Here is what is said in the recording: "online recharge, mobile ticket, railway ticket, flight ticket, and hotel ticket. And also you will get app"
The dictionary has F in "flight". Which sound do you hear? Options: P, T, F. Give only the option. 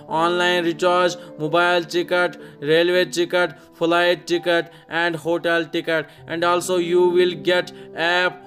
P